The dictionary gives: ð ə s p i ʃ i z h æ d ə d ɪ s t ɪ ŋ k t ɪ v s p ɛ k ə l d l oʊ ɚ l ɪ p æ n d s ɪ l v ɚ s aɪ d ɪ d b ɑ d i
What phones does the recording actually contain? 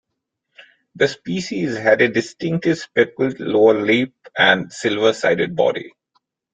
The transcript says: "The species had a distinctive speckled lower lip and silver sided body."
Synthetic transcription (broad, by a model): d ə s p i ʃ i z h æ d ə d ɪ s t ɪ ŋ k t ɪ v s p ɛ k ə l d l oʊ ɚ l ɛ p æ n d s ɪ l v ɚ s aɪ d ɪ d b ɑ d i